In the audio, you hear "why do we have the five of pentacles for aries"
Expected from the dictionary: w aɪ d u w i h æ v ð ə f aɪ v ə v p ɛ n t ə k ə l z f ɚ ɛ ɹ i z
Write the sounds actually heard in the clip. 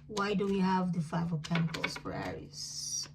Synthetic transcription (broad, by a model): w aɪ d u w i h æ v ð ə f aɪ v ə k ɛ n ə k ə l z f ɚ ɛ ɹ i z